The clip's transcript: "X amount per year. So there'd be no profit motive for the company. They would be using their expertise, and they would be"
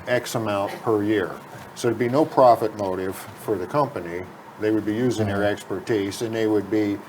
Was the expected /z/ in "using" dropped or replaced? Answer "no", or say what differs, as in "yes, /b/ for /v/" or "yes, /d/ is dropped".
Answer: no